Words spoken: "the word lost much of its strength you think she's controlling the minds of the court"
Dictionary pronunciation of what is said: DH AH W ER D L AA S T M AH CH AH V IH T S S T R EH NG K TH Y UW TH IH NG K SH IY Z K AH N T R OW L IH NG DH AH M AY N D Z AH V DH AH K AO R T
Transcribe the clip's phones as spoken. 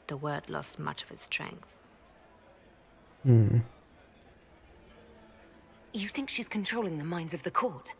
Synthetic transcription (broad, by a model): DH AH W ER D L AA S T M AH CH AH V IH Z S S T R EH NG K TH Y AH TH IH NG K SH IY Z K AH N T R OW L IH NG DH AH M AY N D Z AH V DH AH K AO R T